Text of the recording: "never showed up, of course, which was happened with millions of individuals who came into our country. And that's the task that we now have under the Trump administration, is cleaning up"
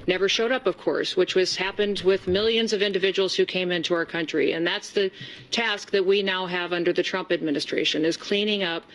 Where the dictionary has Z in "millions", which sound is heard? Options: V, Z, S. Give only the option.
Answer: Z